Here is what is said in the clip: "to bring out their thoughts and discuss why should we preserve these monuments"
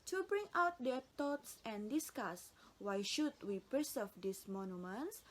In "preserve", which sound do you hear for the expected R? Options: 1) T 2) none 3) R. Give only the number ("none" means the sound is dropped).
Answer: 2